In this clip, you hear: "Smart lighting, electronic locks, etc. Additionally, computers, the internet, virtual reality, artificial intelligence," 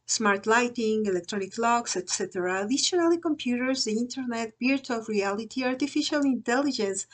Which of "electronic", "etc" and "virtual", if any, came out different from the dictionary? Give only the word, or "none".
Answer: virtual